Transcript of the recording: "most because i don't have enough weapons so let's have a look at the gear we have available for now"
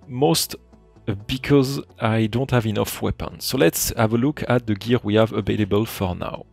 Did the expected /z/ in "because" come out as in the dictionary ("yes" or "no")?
yes